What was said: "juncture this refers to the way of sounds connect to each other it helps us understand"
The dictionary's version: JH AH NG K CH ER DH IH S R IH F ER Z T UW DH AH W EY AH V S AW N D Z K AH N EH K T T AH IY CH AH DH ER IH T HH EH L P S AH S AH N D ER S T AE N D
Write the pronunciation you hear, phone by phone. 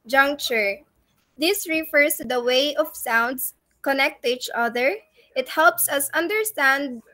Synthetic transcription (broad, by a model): JH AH NG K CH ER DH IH S R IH F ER S T UW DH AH W EY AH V S AW N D S K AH N EH K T T IY CH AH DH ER IH T HH EH L P S AH S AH N D ER S T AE N D